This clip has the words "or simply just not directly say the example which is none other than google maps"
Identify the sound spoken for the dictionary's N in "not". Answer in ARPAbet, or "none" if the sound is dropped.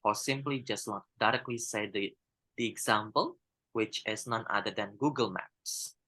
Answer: L